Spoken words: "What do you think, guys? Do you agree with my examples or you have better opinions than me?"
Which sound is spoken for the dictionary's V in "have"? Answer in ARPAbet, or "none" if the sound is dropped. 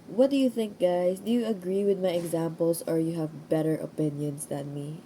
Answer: V